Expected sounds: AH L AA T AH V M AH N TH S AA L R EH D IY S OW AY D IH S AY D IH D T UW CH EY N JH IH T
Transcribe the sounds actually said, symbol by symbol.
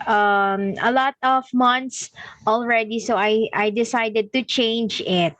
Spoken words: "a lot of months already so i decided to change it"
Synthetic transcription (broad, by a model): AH L AA T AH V M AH N T S AA L R EH D IY S OW AY D IH S AY D IH D T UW CH EY N JH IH T